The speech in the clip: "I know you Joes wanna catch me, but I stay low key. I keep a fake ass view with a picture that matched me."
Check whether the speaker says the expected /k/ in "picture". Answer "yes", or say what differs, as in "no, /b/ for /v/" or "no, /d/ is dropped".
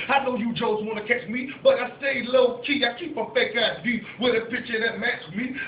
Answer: no, /k/ is dropped